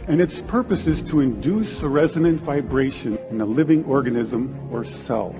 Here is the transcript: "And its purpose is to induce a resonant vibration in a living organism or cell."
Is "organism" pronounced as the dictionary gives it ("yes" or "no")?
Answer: yes